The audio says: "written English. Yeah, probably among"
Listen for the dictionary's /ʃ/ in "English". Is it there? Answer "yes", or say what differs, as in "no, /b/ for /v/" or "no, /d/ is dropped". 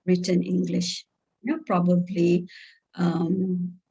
yes